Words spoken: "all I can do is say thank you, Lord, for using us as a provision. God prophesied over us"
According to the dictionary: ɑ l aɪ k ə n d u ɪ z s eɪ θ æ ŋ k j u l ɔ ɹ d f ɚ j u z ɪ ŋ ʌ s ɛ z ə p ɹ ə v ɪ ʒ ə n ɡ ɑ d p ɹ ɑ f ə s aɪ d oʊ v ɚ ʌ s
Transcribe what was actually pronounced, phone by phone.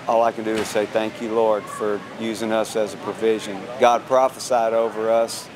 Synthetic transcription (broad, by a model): ɑ l aɪ k ə n d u ɪ z s eɪ θ æ ŋ k j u l ɔ ɹ d f ɚ j u z ɪ ŋ ʌ s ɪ z ə p ɹ ə v ɪ ʒ ə n ɡ ɑ d p ɹ ɑ f ə s aɪ d oʊ v ɚ ʌ s